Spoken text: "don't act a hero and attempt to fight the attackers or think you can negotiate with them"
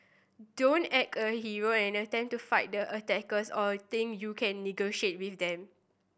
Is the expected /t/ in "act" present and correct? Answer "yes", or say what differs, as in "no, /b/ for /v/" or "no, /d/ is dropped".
no, /t/ is dropped